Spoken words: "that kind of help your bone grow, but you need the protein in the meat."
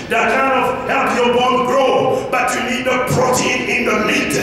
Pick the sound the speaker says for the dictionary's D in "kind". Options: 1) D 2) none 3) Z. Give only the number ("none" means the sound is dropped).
2